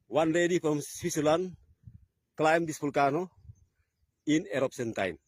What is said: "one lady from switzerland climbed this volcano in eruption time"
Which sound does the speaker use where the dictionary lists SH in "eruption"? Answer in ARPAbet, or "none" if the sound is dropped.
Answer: S